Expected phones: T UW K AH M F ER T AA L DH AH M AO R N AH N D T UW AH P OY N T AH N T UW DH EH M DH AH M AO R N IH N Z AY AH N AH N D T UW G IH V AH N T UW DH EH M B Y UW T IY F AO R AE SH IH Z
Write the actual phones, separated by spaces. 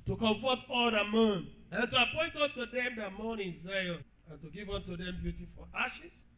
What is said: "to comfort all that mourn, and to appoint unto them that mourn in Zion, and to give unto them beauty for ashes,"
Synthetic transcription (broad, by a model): T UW K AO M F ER T AA L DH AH M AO N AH N T UW AH P OY N T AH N T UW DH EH M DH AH M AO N IH N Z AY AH N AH N T UW G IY V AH N T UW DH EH M B Y UW T IY F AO L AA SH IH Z